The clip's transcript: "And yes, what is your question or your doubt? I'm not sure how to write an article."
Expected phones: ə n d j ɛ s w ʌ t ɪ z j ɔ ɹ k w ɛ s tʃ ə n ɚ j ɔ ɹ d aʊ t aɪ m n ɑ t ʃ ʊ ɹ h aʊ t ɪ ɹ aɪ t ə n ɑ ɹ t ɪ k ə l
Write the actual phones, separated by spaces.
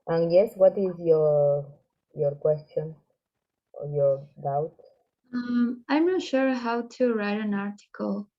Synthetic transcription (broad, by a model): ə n j ɛ s w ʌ t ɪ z j ɔ ɹ k w ɛ s tʃ ə n j ɔ ɹ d aʊ t aɪ m n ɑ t ʃ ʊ ɹ h aʊ t ɪ ɹ aɪ t ə n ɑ ɹ t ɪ k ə l